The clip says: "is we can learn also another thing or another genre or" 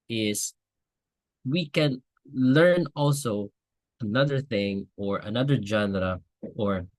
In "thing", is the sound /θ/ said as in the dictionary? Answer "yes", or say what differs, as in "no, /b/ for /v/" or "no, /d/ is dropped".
yes